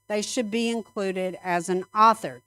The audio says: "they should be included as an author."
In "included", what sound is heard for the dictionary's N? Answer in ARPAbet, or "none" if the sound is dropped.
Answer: N